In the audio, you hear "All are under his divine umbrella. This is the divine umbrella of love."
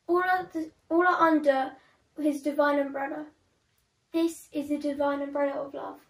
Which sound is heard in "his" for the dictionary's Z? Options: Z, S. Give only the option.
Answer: Z